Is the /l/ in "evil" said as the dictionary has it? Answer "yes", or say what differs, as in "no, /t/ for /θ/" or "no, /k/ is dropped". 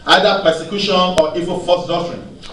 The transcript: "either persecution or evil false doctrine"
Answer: no, /n/ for /l/